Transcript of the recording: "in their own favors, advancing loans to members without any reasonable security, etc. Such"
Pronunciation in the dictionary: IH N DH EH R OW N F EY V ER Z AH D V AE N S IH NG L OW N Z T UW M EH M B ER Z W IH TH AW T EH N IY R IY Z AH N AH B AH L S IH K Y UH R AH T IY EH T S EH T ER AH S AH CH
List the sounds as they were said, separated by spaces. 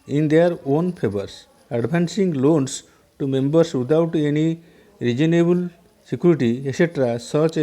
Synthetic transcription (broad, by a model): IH N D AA R OW N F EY B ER S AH D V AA N S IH NG L OW N S T UW M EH M B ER S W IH T AW T EH N IY R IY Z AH N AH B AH L S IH K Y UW R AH T IY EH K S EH T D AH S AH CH